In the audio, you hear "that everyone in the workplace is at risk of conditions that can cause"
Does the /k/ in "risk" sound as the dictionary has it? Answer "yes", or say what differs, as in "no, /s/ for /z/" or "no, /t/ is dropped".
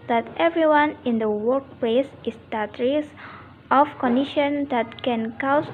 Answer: no, /k/ is dropped